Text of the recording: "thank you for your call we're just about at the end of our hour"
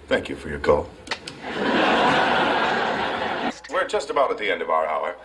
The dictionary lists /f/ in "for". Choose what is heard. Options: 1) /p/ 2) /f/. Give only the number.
2